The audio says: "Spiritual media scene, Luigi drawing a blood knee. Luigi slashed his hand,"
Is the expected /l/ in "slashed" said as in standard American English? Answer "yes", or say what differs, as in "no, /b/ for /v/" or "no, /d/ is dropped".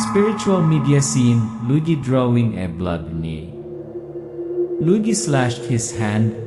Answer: yes